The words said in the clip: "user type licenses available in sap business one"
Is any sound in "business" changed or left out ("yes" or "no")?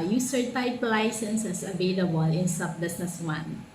yes